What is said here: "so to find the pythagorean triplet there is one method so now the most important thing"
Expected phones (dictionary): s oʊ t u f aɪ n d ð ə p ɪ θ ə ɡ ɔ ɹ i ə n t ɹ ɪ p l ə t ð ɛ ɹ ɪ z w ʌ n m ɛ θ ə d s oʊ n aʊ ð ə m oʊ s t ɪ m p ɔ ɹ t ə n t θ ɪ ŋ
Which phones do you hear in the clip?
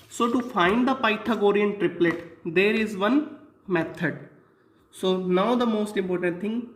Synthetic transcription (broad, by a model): s oʊ t u f aɪ n d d ə p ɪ t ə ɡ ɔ ɹ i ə n t ɹ ɪ p l ə t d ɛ ɹ ɪ z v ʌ n m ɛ t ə d s oʊ n aʊ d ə m oʊ s t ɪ m p ɔ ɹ t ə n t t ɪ ŋ